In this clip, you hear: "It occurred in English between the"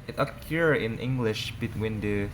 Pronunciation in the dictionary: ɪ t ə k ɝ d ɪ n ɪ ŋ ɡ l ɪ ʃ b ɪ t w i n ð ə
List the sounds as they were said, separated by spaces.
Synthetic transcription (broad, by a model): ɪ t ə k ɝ ɪ n ɪ ŋ ɡ l ɪ ʃ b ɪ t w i n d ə